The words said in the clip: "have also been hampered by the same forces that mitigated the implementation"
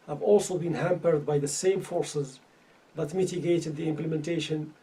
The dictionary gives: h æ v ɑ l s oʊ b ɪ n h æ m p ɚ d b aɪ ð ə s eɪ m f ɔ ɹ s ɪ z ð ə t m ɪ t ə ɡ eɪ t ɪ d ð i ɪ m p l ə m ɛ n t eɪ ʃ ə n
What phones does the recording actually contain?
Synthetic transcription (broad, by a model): h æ v ɑ l s oʊ b ɪ n h æ m p ɚ d b aɪ ð ə s eɪ m f ɔ ɹ s ɪ z ð ə t m ɪ t ə ɡ eɪ t ɪ d ð i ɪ m p l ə m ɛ n t eɪ ʃ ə n